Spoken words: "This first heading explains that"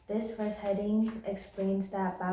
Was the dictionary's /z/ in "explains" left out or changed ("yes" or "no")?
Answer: no